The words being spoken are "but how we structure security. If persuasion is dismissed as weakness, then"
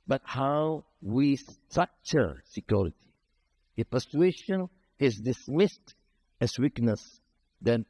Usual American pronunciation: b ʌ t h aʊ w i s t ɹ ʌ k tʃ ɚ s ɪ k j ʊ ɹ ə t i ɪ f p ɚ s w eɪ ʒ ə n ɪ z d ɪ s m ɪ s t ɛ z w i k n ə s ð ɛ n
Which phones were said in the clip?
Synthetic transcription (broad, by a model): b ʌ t h aʊ w i s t ʌ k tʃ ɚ s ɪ k j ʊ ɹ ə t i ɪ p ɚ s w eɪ ʃ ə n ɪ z d ɪ s m ɪ s t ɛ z w i k n ə s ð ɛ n